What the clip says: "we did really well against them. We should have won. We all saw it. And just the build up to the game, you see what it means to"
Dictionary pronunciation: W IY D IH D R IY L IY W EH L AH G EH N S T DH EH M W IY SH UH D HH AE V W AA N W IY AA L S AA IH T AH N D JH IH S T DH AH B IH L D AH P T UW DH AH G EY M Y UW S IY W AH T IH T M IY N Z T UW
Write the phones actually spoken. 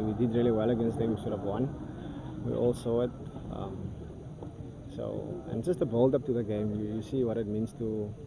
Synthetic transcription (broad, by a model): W IY D IH D R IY L IY W EH L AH G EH N S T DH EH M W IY S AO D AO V W AA N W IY AA L S AA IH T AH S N JH IH S T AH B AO L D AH P T UW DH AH G EY M Y UW S IY W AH T IH T M IY N S T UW